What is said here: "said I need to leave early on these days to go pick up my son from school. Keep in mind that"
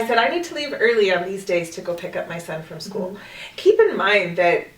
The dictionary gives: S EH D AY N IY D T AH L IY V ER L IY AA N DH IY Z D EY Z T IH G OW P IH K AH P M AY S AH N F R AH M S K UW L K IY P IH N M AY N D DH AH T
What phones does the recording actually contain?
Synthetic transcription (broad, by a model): S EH D AY N IY D T AH L IY V ER L IY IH N DH IY Z D EY Z T IH G OW P IH K AH P M AY S AH N F R AH M S K UW L K IY P IH N M AY N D DH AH T